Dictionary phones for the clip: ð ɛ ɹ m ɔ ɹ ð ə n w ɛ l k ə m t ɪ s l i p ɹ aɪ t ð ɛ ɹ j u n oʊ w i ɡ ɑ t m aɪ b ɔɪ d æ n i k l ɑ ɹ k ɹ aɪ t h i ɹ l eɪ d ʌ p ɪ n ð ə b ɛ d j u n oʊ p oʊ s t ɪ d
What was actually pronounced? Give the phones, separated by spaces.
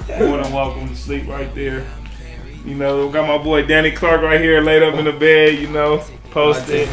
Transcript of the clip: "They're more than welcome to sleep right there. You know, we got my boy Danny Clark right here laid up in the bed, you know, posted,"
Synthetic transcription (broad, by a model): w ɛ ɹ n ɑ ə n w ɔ k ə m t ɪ s l i p ɹ aɪ t ð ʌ ɹ j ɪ n oʊ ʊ ɡ ɑ t m aɪ b ɔɪ d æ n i k l ɑ ɹ k ɹ aɪ t h i ɹ l eɪ d ʌ p ɪ n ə b ɛ d j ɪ n oʊ p oʊ s t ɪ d